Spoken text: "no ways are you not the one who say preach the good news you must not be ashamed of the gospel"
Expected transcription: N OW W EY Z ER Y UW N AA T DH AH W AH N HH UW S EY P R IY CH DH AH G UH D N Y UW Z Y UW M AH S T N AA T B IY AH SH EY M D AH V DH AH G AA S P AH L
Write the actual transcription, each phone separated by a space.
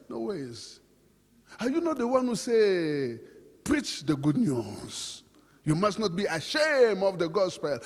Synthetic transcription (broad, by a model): N OW W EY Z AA Y UW N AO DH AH W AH N HH UW S EY P R IY CH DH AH G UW D N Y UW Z Y UW M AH S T N AA T B IY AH SH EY M AH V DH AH G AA S P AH L